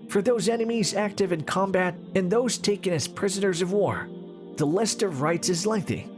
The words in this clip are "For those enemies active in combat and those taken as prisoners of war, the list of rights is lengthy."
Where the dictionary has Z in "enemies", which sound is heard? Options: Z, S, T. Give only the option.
Z